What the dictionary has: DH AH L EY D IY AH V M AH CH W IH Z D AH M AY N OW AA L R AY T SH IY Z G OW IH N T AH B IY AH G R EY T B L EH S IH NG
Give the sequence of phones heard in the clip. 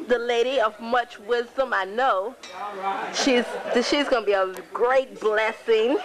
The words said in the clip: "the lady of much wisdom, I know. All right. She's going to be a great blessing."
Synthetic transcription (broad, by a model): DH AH L EY D IY AH V M AH CH W IH Z D AH M AY N OW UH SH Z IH SH IY Z G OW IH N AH B IY AH G R EY T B L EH S IH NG